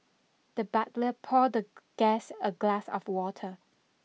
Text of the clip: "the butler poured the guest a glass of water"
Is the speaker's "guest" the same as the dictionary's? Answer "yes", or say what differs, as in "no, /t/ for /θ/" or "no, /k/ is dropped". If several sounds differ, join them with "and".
no, /t/ is dropped